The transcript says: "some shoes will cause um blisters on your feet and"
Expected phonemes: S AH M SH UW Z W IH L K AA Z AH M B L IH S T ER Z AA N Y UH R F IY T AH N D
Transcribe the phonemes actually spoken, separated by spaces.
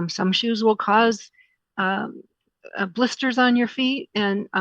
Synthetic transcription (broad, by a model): S AH M SH UW Z W IH L K AA Z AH B L IH S T ER Z N Y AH R F IY T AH N